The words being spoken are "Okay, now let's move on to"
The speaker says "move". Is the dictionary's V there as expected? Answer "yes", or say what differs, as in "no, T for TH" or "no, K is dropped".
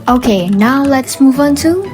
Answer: yes